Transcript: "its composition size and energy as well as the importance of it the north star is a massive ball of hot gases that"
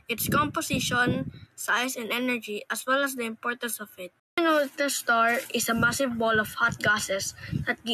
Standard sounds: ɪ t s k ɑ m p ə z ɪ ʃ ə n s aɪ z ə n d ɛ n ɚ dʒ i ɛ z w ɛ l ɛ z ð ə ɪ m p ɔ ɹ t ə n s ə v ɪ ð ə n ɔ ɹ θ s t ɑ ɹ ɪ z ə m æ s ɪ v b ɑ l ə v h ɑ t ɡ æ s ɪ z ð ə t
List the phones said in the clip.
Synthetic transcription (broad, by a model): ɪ t s k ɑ m p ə s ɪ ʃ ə n s aɪ s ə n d ɛ n ɚ dʒ i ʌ s w ɛ l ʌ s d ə ɪ m p ɔ ɹ t ə n s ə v ɪ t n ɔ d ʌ s t ɑ ɹ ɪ s ə m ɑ s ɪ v b ɑ l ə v h ɑ t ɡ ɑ s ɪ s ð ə t